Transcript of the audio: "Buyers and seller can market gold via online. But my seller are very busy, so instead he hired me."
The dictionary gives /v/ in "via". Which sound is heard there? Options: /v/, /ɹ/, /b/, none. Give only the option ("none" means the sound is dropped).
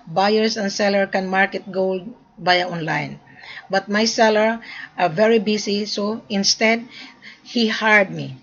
/b/